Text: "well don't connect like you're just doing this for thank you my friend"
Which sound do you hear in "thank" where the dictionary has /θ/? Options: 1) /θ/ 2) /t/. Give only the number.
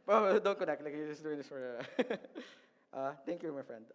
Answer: 2